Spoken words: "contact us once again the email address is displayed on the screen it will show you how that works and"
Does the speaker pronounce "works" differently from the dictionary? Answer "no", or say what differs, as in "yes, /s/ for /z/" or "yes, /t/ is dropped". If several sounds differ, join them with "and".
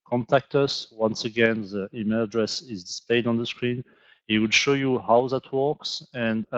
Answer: no